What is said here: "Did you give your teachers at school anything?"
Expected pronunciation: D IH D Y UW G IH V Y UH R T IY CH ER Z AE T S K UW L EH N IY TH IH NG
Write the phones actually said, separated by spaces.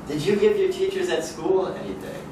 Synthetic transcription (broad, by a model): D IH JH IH G IH V Y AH R T IY CH ER Z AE T S K UW L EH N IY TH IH